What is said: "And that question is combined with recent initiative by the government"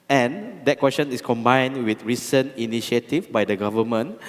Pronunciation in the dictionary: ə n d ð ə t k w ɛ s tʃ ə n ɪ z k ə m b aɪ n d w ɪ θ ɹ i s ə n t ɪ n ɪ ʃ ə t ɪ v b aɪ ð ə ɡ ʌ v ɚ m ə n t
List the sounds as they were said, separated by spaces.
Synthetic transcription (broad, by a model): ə n d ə t k w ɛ s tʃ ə n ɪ s k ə m b aɪ n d w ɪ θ ɹ i s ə n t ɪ n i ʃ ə t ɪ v b aɪ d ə ɡ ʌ v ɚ m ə n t